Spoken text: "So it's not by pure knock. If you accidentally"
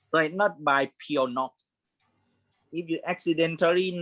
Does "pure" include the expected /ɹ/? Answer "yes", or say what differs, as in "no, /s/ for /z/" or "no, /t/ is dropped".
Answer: no, /w/ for /ɹ/